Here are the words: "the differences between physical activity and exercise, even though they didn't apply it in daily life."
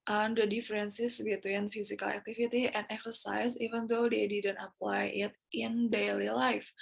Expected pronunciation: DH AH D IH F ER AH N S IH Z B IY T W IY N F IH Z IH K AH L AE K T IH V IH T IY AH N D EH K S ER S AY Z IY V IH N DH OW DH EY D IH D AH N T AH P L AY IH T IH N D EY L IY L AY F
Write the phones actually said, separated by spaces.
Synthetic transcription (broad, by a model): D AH D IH F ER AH N S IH S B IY T W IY N F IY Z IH K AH L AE K T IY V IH T IY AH N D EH K S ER S AY S IY V IH N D OW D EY D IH D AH N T AH P L AY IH T IH N D EY L IY L AY F